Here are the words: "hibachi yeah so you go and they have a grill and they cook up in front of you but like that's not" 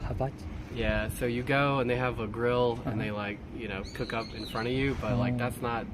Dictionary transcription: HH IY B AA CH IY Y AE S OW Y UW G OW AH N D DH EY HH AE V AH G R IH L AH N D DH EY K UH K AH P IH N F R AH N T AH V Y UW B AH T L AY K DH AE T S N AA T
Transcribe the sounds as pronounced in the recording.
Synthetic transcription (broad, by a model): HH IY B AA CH Y AE S OW Y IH G OW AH N DH EY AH V AH G R IH L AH N DH EY K UH K AH P IH N F R AH T AH V Y UW B AH T L AY K DH AE T S N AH T